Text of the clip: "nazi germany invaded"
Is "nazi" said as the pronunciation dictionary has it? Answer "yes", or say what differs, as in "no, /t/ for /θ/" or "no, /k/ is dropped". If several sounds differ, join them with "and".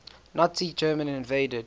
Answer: no, /s/ is dropped